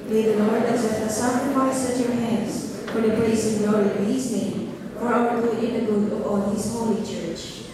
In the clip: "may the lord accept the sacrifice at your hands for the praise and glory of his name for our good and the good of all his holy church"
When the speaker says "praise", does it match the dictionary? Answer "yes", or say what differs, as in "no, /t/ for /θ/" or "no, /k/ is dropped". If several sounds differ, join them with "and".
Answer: no, /s/ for /z/